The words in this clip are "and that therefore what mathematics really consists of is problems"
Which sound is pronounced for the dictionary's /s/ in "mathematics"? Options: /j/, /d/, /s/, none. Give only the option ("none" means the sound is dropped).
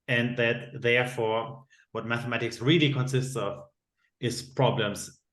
/s/